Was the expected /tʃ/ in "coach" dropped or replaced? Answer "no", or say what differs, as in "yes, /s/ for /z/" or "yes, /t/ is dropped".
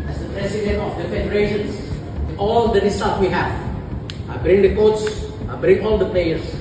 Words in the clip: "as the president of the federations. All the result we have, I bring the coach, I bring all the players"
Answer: yes, /s/ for /tʃ/